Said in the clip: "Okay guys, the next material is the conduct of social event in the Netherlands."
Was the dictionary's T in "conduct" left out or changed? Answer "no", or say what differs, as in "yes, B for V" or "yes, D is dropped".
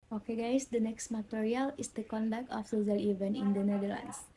no